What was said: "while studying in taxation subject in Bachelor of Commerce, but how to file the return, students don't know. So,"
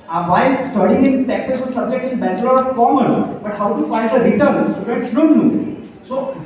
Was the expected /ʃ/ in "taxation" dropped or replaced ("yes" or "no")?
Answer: yes